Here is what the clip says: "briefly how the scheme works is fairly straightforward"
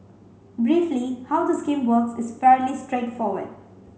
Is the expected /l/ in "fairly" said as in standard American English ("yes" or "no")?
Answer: yes